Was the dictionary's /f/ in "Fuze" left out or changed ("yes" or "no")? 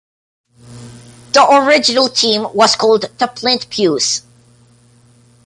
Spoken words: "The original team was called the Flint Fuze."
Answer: yes